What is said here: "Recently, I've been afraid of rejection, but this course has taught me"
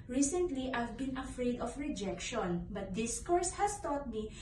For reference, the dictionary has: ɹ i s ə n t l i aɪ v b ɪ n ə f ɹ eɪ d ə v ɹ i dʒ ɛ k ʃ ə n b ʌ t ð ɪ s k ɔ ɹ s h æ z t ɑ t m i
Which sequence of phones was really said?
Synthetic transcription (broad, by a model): ɹ i s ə n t l i aɪ v b ɪ n ə f ɹ eɪ d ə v ɹ i dʒ ɛ k ʃ ə n b ʌ t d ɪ s k ɔ ɹ s h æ s t ɑ t m i